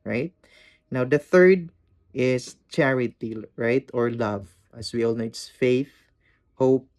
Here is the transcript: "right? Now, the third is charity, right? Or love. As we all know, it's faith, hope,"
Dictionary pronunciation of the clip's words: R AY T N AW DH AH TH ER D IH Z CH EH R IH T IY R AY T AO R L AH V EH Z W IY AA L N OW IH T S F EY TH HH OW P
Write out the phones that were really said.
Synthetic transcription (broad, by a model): R AY T N AW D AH TH ER D IH S CH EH R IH T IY R AY T AO R L AH V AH S W IY AA L N OW IH T S F EY TH HH OW P